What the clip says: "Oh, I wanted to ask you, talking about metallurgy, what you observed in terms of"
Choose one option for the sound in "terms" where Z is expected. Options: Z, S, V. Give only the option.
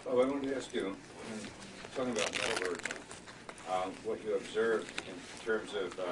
Z